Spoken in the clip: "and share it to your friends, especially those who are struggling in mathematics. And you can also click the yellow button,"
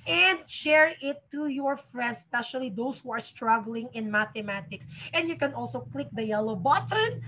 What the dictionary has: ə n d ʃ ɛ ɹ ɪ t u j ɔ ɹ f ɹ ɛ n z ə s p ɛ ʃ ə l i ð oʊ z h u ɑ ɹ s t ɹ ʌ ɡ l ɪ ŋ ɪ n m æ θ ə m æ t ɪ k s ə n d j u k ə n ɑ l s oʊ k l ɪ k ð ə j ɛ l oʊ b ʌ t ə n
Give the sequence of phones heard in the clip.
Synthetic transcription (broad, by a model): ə n d ʃ ɛ ɹ ɪ t u j ɔ ɹ f ɹ ɛ n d s p ɛ ʃ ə l i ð oʊ s h u ɑ ɹ s t ɹ ʌ ɡ l ɪ ŋ ɪ n m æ t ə m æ t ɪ k s ə n d j u k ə n ɑ l s oʊ k l ɪ k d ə j ɛ l oʊ b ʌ t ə n